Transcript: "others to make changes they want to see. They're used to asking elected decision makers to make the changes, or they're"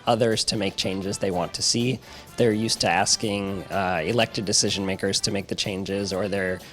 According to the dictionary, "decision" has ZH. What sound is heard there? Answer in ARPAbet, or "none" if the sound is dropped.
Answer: ZH